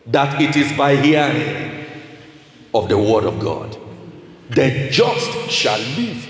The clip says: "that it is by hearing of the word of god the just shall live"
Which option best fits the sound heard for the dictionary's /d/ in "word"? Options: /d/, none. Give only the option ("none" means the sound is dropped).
/d/